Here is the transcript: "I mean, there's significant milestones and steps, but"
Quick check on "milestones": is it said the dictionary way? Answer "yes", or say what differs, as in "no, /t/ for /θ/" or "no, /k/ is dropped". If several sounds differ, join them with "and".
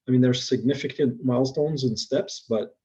yes